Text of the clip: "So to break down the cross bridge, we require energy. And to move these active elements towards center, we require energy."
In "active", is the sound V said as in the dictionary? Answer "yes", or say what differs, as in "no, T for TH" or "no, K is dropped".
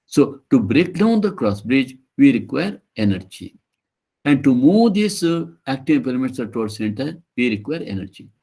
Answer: no, P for V